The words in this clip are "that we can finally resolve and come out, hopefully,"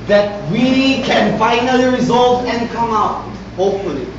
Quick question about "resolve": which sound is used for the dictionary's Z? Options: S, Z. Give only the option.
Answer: Z